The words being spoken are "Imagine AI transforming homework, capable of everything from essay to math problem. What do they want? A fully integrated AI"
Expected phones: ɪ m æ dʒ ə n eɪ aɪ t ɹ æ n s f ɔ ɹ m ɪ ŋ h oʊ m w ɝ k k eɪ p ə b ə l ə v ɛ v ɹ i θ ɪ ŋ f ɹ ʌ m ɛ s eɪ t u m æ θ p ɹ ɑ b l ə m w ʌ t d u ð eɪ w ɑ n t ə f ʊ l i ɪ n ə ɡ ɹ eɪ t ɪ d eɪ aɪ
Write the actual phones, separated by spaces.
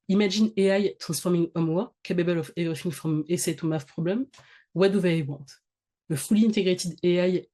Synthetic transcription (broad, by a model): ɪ m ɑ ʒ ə n eɪ aɪ t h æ s f ɔ ɹ m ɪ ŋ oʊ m w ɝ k k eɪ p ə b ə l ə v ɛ v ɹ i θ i ŋ f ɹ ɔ m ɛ s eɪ t u m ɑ f p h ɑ b l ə m w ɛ d u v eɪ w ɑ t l ə f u l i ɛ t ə ɡ ɹ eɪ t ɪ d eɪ aɪ